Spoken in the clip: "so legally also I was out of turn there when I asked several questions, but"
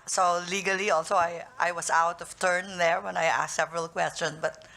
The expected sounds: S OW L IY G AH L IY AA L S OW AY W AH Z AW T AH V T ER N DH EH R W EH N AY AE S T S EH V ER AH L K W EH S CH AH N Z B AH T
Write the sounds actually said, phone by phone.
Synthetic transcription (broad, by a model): S OW L IY G AH L IY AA L S OW AY W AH S AW T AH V T ER N DH EH R W EH N AY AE S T S EH V ER AH L K W EH S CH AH N S B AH T